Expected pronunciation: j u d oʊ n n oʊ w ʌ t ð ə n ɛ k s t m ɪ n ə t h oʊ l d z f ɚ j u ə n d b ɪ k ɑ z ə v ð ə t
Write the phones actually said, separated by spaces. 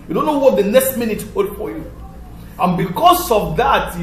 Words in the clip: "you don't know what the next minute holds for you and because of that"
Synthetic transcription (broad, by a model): j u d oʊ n n oʊ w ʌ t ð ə n ɛ k s t m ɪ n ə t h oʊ d f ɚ j u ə n b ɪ k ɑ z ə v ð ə t